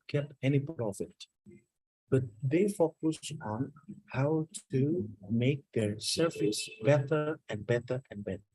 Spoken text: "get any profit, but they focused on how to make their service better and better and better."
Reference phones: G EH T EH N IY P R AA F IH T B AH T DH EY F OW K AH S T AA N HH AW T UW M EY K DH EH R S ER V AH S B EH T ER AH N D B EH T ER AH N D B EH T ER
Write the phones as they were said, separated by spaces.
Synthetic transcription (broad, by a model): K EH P EH N IY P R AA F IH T B AH T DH EY F OW K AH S AA N HH AW T UW M EY K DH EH R S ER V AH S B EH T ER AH N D B EH T ER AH N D B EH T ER